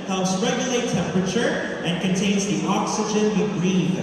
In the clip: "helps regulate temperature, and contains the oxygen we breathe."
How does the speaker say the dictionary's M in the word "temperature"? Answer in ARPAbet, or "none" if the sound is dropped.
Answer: M